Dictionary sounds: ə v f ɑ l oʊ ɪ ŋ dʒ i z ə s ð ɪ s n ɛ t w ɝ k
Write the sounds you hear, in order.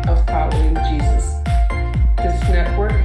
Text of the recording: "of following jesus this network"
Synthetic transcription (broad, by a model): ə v f ɑ l oʊ ɪ ŋ dʒ i z ə s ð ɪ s n ɛ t w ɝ k